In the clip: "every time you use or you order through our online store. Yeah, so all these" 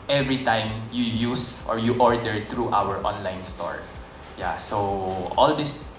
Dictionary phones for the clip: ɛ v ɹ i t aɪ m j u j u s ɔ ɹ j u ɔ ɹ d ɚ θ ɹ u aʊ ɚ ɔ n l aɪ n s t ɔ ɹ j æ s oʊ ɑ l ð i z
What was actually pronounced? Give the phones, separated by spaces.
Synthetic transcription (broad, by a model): ɛ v ɹ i t aɪ m j u j u s ɔ ɹ j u ɔ ɹ d ɚ t ɹ u aʊ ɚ ɔ n l aɪ n s t ɔ ɹ j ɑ s oʊ ɑ l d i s